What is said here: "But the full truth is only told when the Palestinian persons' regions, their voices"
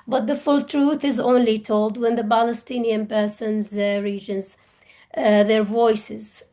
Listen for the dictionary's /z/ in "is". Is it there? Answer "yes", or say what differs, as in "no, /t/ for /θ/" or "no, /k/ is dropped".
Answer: yes